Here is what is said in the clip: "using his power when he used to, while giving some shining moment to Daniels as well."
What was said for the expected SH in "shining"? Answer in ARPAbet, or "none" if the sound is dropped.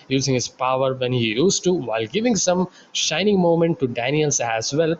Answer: SH